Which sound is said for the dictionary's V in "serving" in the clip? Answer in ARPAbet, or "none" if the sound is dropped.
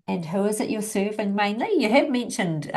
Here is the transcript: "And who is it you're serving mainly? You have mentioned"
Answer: V